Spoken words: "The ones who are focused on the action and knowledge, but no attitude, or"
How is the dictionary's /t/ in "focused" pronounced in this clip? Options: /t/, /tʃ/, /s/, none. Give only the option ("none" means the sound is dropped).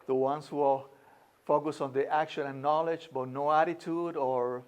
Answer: none